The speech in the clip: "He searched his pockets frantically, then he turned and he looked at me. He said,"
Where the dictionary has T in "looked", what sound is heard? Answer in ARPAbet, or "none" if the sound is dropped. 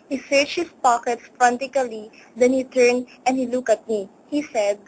none